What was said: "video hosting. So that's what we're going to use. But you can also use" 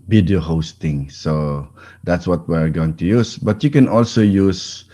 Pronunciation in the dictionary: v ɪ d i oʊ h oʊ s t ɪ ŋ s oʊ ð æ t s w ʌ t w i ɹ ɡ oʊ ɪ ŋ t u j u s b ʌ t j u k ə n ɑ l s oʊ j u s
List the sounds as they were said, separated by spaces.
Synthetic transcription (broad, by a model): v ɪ d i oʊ h oʊ s t ɪ ŋ s oʊ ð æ t s w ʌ t w i ɹ ɡ oʊ ɪ ŋ t u j u s b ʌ t j u k ə n ɑ l s oʊ j u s